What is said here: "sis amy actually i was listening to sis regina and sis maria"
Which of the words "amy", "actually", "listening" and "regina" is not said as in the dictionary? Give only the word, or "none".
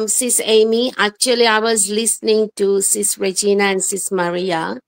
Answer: none